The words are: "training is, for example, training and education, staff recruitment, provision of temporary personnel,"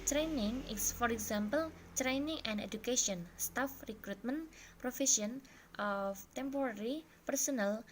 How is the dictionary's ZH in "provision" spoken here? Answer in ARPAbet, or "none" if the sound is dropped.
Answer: S